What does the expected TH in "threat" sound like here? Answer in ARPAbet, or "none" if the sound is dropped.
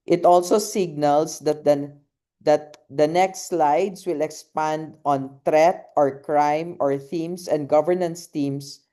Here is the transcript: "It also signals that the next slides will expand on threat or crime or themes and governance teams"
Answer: T